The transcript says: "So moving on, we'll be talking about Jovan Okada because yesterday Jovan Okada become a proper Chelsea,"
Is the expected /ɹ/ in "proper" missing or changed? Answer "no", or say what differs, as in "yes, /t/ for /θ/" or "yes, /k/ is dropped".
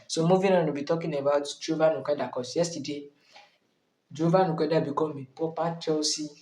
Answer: yes, /ɹ/ is dropped